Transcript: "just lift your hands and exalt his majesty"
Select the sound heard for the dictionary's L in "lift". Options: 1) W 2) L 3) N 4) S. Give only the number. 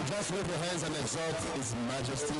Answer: 1